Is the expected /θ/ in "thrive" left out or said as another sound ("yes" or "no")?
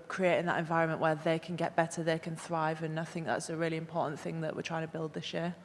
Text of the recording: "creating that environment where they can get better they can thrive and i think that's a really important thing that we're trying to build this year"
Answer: no